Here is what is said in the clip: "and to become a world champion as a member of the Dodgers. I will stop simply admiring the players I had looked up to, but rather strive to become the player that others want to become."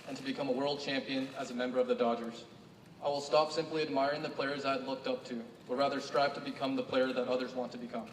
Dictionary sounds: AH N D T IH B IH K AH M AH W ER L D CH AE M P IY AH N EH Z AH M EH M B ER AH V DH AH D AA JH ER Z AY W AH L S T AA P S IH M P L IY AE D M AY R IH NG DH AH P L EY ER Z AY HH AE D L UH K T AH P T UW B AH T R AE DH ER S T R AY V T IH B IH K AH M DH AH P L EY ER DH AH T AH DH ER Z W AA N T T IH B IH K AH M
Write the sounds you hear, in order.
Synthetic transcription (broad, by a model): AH N T IH B IH K AH M AH W ER L D CH AE M P IY AH N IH Z AH M EH M B ER AH V DH AH D AA JH ER Z AY W AH L S T AA P S IH M P L IY AE D M AY R IH NG DH AH P L EY ER Z AY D L UH K T AH P T UW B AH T R AE DH ER S T R AY V T IH B IH K AH M DH AH P L EY ER DH AH T AH DH ER Z W AA N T T IH B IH K AH M